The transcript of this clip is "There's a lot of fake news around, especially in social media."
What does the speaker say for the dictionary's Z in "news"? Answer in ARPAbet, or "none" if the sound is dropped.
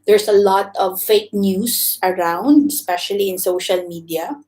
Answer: S